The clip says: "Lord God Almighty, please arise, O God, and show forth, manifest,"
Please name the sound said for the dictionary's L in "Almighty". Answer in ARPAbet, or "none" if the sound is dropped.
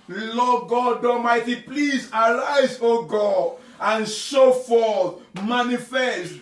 none